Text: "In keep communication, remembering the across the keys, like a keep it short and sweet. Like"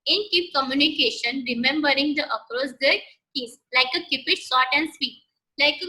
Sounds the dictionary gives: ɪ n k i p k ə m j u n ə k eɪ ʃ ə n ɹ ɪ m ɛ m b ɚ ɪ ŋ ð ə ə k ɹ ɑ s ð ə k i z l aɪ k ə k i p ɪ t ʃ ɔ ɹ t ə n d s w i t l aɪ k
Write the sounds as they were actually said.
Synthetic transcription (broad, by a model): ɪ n k i p k ə m j u n ə k eɪ ʃ ə n ɹ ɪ m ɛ m b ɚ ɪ ŋ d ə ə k ɹ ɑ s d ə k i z l aɪ k ə k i p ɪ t s ɔ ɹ t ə n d s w i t l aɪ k